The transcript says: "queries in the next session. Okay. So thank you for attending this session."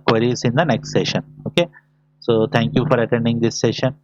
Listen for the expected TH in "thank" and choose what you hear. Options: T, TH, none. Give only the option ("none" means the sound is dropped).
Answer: T